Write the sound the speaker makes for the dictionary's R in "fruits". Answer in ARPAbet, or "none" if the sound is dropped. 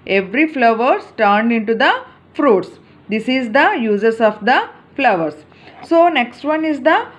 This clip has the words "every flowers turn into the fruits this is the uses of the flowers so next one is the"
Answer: R